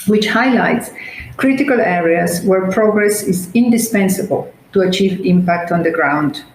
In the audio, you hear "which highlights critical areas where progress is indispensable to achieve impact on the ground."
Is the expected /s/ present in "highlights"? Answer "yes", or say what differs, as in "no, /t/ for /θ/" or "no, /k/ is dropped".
yes